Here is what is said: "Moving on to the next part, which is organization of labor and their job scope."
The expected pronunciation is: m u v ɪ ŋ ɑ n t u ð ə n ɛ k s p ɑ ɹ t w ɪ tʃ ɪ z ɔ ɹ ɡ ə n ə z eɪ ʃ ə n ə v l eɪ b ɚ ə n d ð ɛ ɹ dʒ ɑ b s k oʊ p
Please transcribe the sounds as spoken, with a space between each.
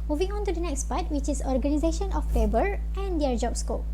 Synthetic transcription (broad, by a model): m u v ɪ ŋ ɑ n t u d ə n ɛ k s p ɑ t w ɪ tʃ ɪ s ɔ ɹ ɡ ə n ə z eɪ ʃ ə n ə f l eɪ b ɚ ə n d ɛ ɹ dʒ ɑ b s k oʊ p